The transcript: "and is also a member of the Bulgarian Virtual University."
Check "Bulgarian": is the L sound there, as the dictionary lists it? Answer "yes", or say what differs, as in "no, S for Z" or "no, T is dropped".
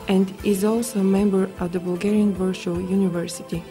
yes